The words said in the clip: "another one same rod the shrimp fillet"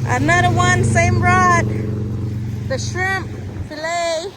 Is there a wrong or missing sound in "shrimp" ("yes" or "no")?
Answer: no